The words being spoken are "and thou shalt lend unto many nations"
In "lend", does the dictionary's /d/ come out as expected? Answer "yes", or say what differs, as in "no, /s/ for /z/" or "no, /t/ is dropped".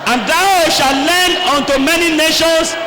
no, /d/ is dropped